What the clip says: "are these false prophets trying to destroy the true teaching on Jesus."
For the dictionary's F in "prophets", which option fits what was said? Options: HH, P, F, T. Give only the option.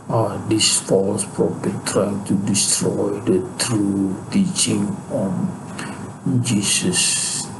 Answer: P